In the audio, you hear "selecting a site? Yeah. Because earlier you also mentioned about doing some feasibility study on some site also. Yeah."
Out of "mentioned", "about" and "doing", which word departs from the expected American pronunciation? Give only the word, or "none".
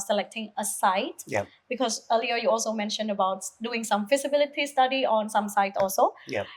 none